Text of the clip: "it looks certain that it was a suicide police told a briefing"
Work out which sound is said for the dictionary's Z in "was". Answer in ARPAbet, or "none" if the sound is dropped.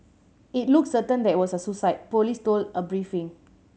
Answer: S